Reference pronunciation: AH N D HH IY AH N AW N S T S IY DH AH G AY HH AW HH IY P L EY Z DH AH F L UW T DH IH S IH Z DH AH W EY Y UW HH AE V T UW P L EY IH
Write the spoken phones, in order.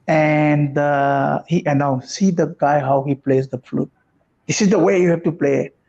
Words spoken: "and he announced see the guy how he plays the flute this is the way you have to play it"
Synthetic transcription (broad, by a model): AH N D HH IY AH N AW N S S IY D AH G AY HH AW HH IY P L EY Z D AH F L UW T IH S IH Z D AH W EY Y UW HH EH F T UW P L EY